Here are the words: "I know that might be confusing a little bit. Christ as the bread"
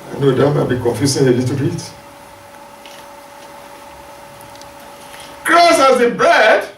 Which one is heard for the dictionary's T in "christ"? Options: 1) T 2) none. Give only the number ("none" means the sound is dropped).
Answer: 2